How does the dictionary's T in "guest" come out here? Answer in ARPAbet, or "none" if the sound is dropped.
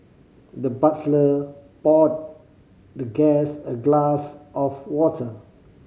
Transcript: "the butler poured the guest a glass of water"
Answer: none